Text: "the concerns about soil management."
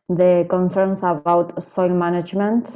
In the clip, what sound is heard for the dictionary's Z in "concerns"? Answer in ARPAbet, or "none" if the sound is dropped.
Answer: S